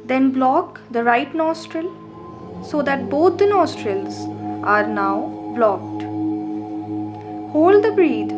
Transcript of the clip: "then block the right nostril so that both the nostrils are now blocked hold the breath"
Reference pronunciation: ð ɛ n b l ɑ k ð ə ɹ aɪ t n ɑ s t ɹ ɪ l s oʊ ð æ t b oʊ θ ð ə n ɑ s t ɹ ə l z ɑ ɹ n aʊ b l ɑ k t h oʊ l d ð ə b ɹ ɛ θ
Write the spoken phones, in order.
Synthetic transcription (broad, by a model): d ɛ n b l ɑ k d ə ɹ aɪ t n ɑ s t ɹ ɪ l s oʊ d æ t b oʊ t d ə n ɑ s t ɹ ə l z ɑ ɹ n aʊ b l ɑ k t h oʊ l d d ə b ɹ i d